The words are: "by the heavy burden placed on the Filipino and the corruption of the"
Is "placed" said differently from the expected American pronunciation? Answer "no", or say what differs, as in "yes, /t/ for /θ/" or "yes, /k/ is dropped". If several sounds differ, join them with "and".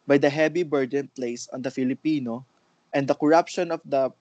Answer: yes, /t/ is dropped